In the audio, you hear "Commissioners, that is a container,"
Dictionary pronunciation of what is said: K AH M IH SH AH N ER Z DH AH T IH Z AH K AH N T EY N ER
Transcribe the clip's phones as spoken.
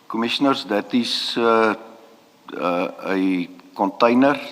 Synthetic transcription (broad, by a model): K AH M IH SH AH N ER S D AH T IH S AH K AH N T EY N ER